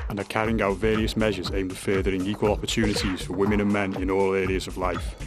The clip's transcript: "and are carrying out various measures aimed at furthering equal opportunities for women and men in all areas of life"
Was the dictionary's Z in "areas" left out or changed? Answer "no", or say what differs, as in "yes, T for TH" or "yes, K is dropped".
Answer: no